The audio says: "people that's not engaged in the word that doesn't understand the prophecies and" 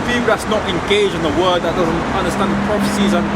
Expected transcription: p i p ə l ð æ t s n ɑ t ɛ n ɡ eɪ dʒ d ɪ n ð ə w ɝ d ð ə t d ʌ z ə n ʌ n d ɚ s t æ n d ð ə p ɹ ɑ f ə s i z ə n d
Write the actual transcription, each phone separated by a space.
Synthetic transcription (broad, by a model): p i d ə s n ɑ t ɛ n ɡ eɪ dʒ ɪ n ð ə w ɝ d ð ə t d ʌ z ə n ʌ n d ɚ s t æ n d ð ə p ɹ ɑ f ə s i z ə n